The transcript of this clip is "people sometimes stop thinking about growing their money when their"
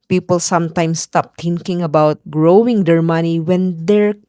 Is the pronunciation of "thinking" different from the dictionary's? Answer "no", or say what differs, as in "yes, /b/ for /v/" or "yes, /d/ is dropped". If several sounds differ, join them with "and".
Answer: yes, /t/ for /θ/